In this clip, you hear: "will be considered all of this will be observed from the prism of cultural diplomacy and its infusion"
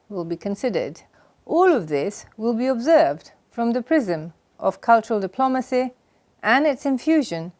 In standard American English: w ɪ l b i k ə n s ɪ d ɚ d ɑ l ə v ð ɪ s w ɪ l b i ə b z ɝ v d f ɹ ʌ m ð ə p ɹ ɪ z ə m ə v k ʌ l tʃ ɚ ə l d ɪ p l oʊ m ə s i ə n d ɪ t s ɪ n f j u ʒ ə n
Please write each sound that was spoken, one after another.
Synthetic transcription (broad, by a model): w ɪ l b i k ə n s ɪ d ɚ d ɑ l ə v ð ɪ s w ɪ l b i ə b z ɝ v d f ɹ ʌ m ð ə p ɹ ɪ z ə m ə v k ʌ l tʃ ɚ ə l d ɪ p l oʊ m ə s i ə n ɪ t s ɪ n f j u ʒ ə n